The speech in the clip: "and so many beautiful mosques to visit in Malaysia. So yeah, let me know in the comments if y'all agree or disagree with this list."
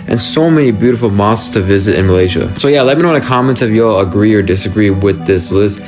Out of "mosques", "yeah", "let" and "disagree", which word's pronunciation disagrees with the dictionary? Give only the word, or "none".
mosques